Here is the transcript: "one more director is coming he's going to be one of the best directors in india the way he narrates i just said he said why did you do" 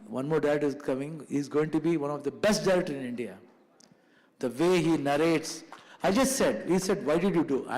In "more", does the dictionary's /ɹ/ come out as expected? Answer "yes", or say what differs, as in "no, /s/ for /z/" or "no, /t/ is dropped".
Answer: yes